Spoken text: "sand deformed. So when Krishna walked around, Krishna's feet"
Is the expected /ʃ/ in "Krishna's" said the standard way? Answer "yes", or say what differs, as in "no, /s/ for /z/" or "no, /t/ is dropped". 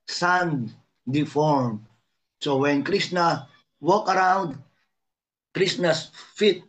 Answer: no, /s/ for /ʃ/